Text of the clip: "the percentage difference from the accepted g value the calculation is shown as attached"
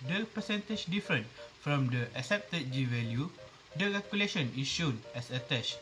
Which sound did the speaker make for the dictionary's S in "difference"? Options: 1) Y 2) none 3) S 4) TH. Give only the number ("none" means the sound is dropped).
2